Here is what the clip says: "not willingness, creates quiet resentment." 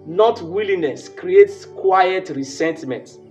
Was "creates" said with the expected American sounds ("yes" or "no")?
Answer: yes